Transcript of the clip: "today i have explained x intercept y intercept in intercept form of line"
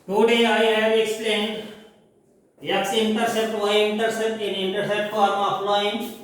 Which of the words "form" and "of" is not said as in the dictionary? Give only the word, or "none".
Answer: of